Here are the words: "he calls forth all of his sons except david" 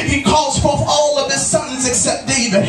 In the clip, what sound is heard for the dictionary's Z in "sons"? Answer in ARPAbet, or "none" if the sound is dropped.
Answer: Z